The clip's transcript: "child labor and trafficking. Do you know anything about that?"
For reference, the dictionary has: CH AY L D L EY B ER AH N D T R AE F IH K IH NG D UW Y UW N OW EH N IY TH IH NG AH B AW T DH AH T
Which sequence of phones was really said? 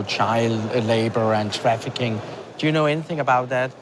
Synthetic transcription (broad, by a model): CH AY L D L EY B ER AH N T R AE F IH K IH NG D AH Y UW N OW EH N IY TH IH NG AH B AW T DH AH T